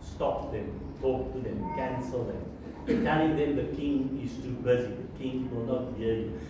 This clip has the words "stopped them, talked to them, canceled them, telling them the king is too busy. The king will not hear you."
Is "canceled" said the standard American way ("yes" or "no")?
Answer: yes